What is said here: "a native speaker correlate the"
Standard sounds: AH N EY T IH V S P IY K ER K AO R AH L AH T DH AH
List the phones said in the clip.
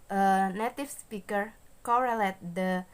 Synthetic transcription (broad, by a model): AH N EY T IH F S P IY K ER K AO R AH L AH T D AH